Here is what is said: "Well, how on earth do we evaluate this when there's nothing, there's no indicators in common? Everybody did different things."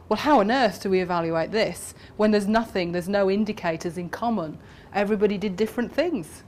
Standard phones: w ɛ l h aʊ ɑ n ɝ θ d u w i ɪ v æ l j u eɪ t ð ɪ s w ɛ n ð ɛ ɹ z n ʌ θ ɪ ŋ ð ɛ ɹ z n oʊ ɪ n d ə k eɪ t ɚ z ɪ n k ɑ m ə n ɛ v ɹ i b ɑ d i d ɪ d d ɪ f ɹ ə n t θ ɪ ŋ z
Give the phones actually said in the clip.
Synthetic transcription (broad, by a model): w ɛ l h aʊ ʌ n ɝ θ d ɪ w i ɪ v æ l j u eɪ t ð ɪ s w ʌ n ð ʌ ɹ z n ʌ θ ɪ ŋ ð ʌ ɹ z n oʊ ɪ n d ə k eɪ t ɚ z ɪ n k ɑ m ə n ɛ v ɹ i b ɑ d i d ɪ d d ɪ f ɹ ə n θ ɪ ŋ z